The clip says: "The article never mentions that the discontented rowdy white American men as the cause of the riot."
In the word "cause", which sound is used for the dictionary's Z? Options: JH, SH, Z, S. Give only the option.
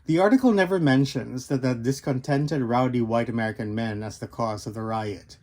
Z